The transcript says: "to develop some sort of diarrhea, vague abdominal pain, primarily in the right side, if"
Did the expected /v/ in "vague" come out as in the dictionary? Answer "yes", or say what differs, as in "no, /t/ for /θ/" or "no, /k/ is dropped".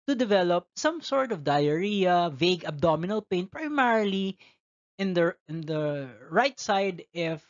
yes